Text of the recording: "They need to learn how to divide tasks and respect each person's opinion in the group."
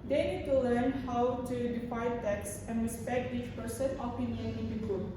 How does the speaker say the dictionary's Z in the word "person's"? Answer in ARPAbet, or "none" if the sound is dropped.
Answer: none